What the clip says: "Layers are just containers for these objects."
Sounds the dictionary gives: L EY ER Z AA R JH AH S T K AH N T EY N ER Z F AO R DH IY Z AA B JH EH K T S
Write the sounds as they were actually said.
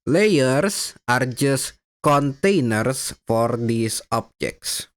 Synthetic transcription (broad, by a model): L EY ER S AA R JH AH S T K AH N T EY N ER S F AO R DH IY S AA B JH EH K T S